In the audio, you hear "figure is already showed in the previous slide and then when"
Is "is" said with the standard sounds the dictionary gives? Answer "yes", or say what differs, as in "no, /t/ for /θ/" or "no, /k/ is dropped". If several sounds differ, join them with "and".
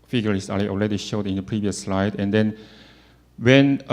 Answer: no, /s/ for /z/